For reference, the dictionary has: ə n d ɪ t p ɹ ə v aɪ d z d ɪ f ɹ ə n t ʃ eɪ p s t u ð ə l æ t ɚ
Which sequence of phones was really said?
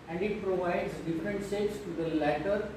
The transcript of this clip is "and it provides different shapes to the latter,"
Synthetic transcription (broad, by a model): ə n d ɪ t p ɹ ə v aɪ d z d ɪ f ɹ ə n t s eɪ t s t u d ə l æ t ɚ